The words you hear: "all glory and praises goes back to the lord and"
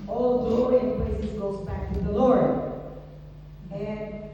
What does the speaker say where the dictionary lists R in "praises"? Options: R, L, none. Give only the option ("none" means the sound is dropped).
L